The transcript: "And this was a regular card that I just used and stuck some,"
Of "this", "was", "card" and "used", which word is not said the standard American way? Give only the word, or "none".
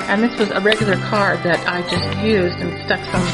none